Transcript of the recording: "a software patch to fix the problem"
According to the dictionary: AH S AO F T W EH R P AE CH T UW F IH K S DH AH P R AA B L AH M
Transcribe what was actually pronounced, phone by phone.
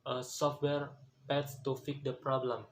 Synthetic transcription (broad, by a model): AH S AO F T W EH R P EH S T UW F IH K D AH P R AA B L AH M